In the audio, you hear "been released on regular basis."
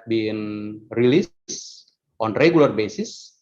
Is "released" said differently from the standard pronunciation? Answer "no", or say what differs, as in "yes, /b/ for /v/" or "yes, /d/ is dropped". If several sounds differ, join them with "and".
no